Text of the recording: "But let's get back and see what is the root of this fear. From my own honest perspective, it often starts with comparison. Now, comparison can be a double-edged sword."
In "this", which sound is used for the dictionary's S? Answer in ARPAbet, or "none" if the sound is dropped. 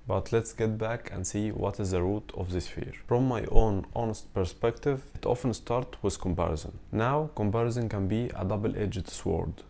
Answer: S